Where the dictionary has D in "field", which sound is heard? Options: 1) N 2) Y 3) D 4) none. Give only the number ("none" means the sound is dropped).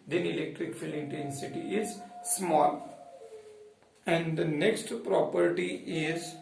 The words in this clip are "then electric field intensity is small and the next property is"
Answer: 4